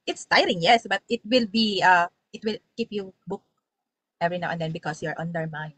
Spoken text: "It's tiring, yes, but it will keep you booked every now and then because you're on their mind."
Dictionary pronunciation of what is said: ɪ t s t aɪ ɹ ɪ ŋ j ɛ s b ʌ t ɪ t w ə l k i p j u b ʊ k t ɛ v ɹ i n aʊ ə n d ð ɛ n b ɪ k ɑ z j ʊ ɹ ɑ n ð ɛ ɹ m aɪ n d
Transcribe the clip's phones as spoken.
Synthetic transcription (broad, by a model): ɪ t s t aɪ ɹ ɪ ŋ j ɛ s b ʌ t ɪ t w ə l k i p j u b ʊ k t ɛ v ɹ i n aʊ ə n d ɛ n b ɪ k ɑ s j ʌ ɹ ɑ n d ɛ ɹ m aɪ n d